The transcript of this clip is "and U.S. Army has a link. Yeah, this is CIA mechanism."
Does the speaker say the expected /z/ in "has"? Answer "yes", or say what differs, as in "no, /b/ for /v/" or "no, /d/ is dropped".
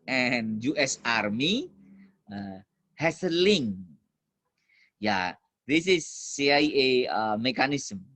no, /s/ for /z/